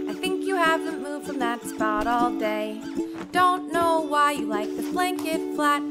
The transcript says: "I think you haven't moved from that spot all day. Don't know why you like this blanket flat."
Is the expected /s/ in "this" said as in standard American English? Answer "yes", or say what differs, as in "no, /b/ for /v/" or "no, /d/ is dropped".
no, /s/ is dropped